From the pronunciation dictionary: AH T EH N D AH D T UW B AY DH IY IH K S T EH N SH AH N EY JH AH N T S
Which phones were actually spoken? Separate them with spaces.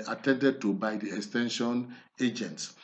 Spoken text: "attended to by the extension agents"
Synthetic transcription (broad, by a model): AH T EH N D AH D T UW B AY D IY IH K S T EH N SH AH N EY JH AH N T S